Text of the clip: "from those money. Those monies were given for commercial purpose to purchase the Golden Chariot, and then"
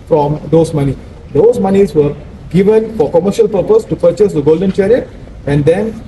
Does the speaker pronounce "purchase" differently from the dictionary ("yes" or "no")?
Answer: no